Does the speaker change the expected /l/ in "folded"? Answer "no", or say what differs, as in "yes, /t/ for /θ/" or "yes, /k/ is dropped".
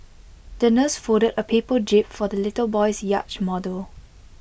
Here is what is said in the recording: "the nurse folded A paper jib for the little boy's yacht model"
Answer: yes, /l/ is dropped